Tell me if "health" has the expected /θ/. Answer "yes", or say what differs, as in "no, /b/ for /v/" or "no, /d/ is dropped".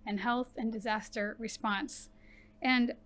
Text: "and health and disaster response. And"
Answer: yes